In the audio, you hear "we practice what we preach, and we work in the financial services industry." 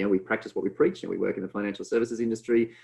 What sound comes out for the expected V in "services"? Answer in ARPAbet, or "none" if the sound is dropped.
V